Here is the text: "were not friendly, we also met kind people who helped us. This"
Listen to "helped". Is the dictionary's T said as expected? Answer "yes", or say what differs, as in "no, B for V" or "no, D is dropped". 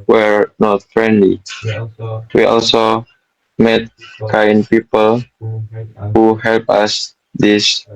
no, T is dropped